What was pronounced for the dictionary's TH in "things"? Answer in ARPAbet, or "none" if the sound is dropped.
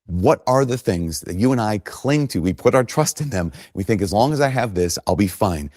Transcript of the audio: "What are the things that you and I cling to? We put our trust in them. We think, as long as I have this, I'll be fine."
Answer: TH